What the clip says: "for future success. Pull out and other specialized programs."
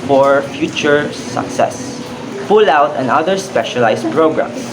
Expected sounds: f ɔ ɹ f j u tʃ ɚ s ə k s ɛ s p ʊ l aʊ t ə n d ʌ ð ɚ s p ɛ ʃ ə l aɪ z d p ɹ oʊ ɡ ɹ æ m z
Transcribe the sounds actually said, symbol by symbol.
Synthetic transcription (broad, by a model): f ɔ ɹ f j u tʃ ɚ s ə k s ɛ s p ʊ l aʊ t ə n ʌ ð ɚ s p ɛ ʃ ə l aɪ s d p ɹ oʊ ɡ ɹ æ m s